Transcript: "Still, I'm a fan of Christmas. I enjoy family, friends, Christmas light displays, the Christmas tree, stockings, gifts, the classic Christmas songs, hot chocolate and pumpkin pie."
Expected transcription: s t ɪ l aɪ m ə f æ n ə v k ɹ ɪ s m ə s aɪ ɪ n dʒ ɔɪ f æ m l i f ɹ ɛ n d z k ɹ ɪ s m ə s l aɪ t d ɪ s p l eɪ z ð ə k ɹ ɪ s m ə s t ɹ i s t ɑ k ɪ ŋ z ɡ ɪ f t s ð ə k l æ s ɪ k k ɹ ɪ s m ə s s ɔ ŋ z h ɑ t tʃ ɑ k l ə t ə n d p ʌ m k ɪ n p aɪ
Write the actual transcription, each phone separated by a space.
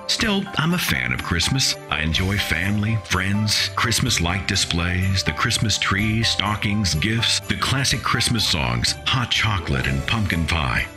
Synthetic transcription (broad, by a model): s t ɪ l aɪ m ə f æ n ə v k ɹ ɪ s m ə s aɪ ɪ n dʒ ɔɪ f æ m l i f ɹ ɛ n d z k ɹ ɪ s m ə s l aɪ t d ɪ s p l eɪ z ð ə k ɹ ɪ s m ə s t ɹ i s t ɑ k ɪ ŋ z ɡ ɪ f t s ð ə k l æ s ɪ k k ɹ ɪ s m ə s s ɔ ŋ z h ɑ t tʃ ɑ k l ə t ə n p ʌ m k ɪ n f aɪ